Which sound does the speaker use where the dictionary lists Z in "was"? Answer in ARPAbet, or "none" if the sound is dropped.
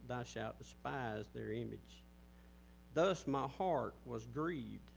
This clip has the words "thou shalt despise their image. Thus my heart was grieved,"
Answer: Z